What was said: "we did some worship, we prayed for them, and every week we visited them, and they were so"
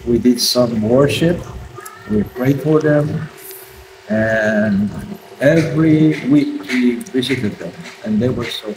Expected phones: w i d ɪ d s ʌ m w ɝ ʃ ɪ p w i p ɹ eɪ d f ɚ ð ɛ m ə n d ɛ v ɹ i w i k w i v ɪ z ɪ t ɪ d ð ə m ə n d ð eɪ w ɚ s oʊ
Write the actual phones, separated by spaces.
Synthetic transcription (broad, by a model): w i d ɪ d s ʌ m w ɝ ʃ ɪ p w i p ɹ eɪ d f ɚ ð ɛ m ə n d ɛ v ɹ i w i k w i v ɪ z ɪ t ɪ d ð ə m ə n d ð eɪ w ɚ s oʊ